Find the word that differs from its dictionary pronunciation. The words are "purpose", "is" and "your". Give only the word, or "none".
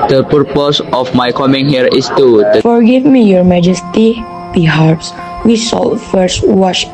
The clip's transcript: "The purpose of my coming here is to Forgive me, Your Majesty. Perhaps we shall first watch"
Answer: is